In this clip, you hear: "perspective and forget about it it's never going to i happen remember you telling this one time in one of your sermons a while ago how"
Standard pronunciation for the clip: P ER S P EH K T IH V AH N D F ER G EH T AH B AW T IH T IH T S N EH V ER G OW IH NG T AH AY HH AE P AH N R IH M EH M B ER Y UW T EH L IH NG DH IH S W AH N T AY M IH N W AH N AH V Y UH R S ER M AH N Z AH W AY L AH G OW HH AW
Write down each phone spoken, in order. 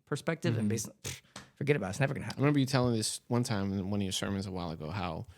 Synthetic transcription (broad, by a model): P ER S P EH K T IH V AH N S F ER G EH T AH B AW T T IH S N EH V ER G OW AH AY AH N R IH M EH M B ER Y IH T EH L IH NG DH IH S W AH N T AY M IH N W AH N AH V Y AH R S ER M AH N Z AH W AY L AH G OW HH AW